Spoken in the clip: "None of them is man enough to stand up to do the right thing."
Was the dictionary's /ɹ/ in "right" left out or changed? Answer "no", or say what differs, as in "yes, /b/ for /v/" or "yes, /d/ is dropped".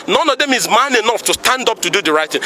no